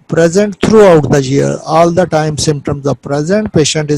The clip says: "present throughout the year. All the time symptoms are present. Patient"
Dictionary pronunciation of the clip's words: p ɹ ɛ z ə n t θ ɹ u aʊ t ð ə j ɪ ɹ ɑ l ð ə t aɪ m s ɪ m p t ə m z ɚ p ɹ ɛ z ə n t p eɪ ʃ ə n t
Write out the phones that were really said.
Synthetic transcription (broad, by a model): p ɹ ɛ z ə n t t ɹ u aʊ t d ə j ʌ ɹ ɑ l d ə t aɪ m s ɪ m p t ə m z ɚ p ɹ ɛ z ə n t p eɪ ʃ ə n t